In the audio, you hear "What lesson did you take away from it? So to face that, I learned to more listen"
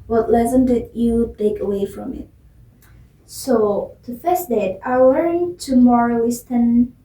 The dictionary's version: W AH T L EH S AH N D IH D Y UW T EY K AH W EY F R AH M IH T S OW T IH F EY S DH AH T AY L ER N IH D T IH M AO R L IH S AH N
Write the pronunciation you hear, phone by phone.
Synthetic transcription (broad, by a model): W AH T L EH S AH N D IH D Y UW T EY K AH W EY F R AH M IH T S OW T IH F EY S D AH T AY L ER IH T IH M AO R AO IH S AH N